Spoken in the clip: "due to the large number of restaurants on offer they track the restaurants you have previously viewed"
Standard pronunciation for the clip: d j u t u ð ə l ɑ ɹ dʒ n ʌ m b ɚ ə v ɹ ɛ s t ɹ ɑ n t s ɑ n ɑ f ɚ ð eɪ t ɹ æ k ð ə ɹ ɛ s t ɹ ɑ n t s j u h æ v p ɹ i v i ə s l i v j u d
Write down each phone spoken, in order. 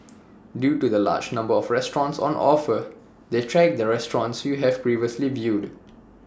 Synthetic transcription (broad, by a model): d j u t u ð ə l ɑ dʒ n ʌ m b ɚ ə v ɹ ɛ s t ɹ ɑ n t s ɑ n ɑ f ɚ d eɪ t ɹ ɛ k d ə ɹ ɛ s t ɹ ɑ n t s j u h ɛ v p ɹ i v i ə s l i v j u d